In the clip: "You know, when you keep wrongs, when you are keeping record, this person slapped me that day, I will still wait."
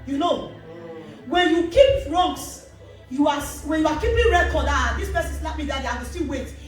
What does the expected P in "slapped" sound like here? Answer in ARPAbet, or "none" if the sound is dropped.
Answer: none